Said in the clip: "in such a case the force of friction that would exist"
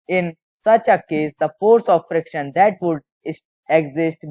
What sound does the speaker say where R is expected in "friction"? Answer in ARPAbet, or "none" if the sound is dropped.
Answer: R